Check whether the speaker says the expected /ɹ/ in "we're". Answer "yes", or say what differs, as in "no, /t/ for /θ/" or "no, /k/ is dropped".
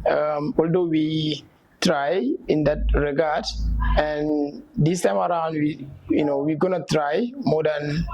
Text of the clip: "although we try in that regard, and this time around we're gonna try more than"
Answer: no, /w/ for /ɹ/